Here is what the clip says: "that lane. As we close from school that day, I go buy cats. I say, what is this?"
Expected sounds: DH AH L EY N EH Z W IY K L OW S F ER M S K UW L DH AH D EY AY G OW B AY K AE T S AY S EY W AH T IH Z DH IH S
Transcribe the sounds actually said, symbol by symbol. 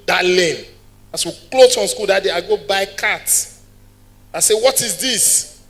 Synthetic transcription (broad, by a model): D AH L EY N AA S W IY K L OW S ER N S K UW L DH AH D EY AY G OW B AY K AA T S AY S EY W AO T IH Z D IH S